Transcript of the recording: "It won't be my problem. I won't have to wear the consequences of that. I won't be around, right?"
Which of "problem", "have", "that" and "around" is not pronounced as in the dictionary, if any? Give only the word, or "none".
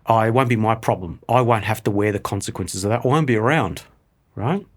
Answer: have